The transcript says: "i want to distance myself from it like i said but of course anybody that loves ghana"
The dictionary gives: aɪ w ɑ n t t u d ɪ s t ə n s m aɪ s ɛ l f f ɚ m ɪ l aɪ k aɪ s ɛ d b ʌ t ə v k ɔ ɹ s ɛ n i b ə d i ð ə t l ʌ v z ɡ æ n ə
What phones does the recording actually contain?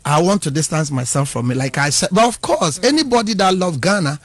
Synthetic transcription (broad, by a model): aɪ w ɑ n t t u d ɪ s t ə n s m aɪ s ɛ l f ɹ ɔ m ɪ l aɪ k aɪ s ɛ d b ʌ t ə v k ɔ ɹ s ɛ n i b ə d i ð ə t l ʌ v ɡ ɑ n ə